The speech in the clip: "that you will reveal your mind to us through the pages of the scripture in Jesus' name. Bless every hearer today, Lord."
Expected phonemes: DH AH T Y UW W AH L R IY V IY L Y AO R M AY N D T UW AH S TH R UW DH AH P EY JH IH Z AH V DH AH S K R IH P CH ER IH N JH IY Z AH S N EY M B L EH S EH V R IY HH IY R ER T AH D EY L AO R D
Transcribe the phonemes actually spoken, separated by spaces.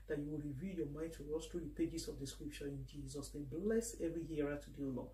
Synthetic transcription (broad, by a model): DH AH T Y UW W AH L R IY V IY L Y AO M AY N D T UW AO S T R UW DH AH P EY JH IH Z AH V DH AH S K R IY P CH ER IH N JH IY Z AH S N EY M B L EH S EH V R IY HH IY R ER T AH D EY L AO